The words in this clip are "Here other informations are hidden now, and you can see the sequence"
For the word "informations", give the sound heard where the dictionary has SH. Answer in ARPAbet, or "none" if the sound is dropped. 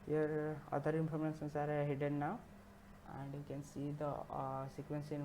S